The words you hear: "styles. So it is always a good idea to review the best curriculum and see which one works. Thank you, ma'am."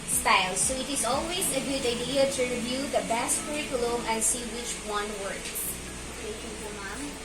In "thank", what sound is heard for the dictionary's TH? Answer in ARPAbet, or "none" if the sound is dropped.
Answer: T